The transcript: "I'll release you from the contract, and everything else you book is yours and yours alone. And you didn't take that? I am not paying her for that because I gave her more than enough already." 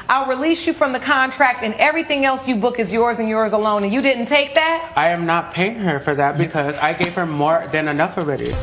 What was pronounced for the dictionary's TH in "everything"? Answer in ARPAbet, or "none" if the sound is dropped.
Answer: TH